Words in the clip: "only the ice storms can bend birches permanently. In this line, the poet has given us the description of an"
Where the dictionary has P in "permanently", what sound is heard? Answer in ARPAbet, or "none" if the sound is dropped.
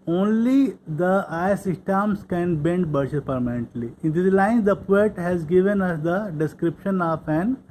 P